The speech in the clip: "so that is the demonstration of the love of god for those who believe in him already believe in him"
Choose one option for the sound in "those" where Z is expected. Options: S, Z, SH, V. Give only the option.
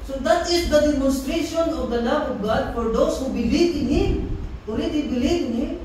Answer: S